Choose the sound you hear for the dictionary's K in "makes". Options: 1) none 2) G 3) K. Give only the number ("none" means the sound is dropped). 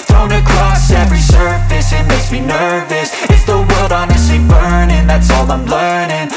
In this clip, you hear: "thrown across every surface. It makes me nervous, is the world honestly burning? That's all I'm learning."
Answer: 1